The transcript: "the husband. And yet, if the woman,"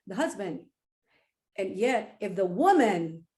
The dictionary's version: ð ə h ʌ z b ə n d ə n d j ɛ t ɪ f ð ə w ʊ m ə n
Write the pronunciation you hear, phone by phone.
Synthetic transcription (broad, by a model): ð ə h ʌ z b ə n d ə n j ɛ t ɪ f ð ə w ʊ m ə n